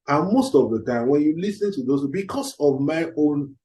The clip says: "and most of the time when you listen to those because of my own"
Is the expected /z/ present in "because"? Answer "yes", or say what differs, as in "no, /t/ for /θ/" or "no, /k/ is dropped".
no, /s/ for /z/